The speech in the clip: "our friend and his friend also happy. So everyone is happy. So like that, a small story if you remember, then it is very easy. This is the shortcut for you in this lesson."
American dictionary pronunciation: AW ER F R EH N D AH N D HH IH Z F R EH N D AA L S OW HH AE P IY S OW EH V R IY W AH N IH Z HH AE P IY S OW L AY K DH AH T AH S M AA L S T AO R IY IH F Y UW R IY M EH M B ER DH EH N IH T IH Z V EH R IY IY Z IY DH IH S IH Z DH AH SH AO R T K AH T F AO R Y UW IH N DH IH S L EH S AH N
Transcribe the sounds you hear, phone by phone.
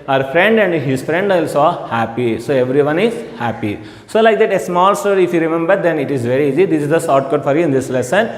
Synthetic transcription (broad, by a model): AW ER F R EH N D AH N D HH IH Z F R EH N D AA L S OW HH AE P IY S OW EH V R IY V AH N IH Z HH AE P IY S OW L AY K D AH T AH S M AA L S T AO R IY IH F Y UW R IY M EH M B ER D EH N IH T IH Z V EH R IY IY Z IY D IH S IH Z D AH S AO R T K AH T F AO R Y UW IH N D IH S L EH S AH N